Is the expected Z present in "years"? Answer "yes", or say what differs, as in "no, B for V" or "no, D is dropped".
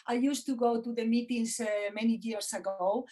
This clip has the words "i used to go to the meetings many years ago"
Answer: no, S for Z